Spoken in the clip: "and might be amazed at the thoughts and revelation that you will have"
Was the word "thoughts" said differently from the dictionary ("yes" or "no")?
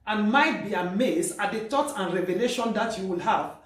yes